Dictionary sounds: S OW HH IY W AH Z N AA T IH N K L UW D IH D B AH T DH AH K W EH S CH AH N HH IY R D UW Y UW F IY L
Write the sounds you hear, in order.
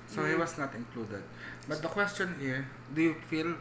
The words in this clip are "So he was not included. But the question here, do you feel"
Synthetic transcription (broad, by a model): S OW HH IY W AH S N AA T IH N K L UW D IH D B AH T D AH K W EH S CH AH N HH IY R D UW Y UW F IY L